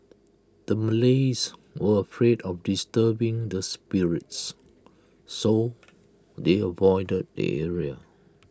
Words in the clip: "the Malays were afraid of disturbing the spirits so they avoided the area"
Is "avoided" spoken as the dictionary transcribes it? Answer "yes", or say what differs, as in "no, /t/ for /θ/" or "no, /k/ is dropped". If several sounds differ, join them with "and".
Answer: yes